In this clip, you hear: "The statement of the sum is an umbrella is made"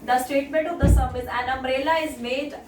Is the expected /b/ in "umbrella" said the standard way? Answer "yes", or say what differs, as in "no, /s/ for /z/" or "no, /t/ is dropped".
no, /b/ is dropped